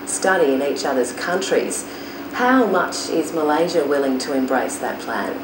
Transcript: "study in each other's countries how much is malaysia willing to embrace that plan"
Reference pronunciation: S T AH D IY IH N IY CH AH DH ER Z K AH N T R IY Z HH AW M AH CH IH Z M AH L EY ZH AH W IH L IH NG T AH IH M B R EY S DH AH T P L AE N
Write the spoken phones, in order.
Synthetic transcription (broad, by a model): S T AH D IY IH N IY CH AH DH ER Z K AH N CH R IY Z HH AW M AH CH IH Z M AH L EY ZH AH W IH L IH NG T AH IH M B R EY S DH AH T P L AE N